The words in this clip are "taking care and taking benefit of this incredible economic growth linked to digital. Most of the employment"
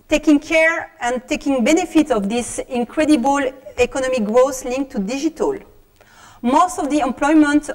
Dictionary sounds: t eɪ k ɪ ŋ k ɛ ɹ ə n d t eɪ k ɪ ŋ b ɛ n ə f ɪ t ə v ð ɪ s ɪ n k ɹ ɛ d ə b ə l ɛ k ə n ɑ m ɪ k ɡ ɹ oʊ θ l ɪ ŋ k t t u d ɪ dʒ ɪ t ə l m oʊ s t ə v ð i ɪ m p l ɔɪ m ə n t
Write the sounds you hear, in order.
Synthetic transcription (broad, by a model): t eɪ k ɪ ŋ k ɛ ɹ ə n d t eɪ k ɪ ŋ b ɛ n ə f ɪ t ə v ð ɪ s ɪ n k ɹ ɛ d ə b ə l ɛ k ə n ɑ m ɪ k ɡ ɹ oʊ s l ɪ ŋ k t t u d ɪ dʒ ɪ t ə l m oʊ s t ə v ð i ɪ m p l ɔɪ m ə n t